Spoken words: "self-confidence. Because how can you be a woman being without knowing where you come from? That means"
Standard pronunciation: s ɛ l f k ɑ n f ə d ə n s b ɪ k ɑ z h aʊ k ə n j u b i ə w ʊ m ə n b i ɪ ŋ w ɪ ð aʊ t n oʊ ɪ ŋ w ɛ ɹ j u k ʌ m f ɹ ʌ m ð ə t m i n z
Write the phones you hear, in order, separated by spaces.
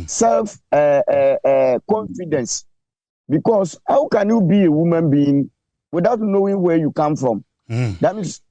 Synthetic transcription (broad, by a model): s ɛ l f k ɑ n f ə d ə n s b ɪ k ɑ s h aʊ k ə n j u b i ə w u m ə n b i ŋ w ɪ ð aʊ t n oʊ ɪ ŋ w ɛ j u k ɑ m f ɹ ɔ m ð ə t m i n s